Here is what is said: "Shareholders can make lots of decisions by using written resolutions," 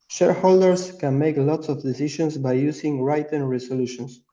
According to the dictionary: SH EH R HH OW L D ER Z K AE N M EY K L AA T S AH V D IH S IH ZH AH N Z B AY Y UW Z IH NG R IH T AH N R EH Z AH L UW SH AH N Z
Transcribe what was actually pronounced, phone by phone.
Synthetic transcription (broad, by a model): SH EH R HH OW L D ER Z K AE N M EY K L AA T S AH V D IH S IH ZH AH N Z B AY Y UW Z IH NG R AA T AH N R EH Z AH L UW SH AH N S